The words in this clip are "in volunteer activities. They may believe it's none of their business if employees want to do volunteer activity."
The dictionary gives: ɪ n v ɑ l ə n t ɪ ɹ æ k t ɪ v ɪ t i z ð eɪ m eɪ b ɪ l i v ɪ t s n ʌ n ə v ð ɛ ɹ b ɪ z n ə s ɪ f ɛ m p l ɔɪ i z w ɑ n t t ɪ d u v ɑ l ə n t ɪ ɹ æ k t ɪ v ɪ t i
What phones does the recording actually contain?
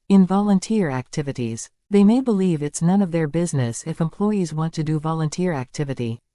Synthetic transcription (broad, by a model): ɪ n v ɑ l ə n t ɪ ɹ æ k t ɪ v ɪ t i z ð eɪ m eɪ b ɪ l i v ɪ t s n ʌ n ə v ð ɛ ɹ b ɪ z n ə s ɪ f ɛ m p l ɔɪ i z w ɑ n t t ɪ d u v ɑ l ə n t ɪ ɹ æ k t ɪ v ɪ t i